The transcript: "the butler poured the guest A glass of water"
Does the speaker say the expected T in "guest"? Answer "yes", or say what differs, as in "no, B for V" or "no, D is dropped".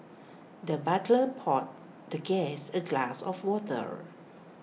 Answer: no, T is dropped